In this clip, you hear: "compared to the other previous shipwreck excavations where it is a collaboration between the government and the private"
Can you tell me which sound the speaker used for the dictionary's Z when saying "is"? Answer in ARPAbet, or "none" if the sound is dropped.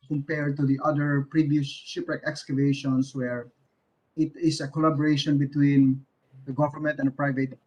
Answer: S